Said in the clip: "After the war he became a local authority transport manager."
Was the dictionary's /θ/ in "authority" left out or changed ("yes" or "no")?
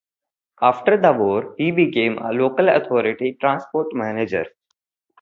yes